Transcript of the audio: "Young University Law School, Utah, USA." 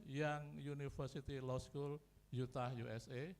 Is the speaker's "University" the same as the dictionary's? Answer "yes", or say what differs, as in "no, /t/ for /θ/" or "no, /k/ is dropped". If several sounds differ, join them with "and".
no, /f/ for /v/